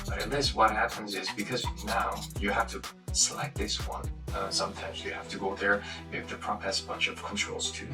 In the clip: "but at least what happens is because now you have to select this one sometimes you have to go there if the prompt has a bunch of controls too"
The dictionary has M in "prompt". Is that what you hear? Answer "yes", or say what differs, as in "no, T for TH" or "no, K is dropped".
no, M is dropped